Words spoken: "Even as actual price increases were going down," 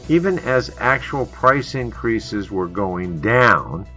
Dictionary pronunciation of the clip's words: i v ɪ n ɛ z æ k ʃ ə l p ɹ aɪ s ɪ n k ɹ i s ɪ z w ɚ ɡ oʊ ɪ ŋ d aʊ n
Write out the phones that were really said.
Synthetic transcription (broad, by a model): i v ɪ n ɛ z æ k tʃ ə l p ɹ aɪ s ɪ n k ɹ i s ɪ z w ɚ ɡ oʊ ɪ ŋ d aʊ n